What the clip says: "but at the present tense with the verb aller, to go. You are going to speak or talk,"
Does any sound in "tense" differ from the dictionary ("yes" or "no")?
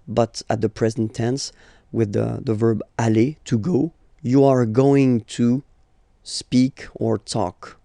no